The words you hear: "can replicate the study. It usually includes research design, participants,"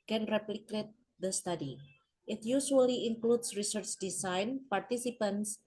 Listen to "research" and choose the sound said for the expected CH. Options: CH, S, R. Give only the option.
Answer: CH